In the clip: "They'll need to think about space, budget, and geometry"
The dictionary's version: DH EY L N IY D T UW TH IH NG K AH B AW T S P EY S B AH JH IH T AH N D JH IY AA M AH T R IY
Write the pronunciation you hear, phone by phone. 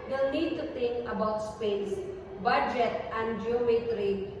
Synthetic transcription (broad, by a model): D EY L N IY D T UW T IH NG K AH B AW T S P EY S B AH JH IH T AH N D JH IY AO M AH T R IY